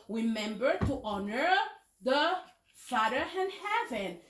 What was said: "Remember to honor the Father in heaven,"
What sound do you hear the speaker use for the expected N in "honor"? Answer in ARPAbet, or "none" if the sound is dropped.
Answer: N